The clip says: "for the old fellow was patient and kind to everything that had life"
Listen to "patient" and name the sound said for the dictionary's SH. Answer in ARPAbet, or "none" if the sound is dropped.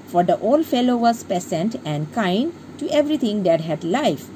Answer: S